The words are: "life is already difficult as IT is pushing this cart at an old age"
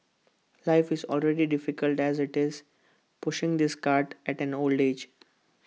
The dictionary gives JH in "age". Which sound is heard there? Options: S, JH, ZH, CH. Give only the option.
JH